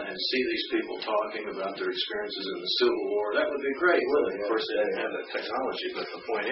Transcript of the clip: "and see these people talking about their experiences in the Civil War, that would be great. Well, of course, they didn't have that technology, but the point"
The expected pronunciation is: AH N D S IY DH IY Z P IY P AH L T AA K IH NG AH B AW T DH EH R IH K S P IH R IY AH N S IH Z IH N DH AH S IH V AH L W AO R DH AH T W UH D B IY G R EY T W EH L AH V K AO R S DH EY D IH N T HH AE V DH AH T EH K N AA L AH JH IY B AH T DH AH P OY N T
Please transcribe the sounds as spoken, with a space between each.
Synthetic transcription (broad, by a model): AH N S IY DH IY Z P IY P L T AA K IH NG AH B AW T DH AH R IH K S P IH R IY AH N S IH Z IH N DH AH S IH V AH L W AO R DH AH T W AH D B IY G R EY T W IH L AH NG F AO R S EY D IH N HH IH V DH AH T EH K N AA L AH JH IY B AH T DH AH P OY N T